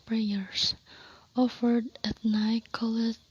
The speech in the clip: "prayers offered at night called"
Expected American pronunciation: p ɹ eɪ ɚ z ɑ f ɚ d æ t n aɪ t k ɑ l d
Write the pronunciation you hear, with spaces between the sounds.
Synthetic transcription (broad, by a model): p ɹ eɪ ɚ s ɑ f ɚ d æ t n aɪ k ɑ l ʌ